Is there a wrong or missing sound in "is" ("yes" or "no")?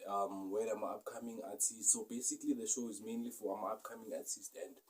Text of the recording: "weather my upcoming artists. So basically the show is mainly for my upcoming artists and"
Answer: no